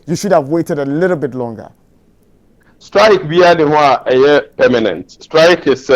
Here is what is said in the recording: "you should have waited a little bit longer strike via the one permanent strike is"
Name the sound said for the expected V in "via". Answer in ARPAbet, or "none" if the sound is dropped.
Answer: B